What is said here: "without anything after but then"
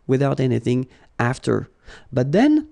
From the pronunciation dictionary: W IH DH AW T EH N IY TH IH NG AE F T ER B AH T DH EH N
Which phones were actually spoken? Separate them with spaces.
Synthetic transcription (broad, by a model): W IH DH AW T EH N IY TH IH NG AE F T ER B AH T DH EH N